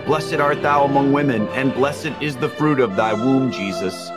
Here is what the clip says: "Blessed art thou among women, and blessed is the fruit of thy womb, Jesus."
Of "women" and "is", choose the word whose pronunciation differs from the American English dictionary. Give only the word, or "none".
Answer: none